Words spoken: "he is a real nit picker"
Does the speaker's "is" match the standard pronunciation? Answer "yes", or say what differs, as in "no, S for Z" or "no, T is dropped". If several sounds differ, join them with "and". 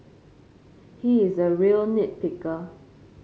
yes